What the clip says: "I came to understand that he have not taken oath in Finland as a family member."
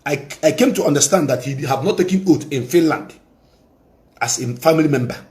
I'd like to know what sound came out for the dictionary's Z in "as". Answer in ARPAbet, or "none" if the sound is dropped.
S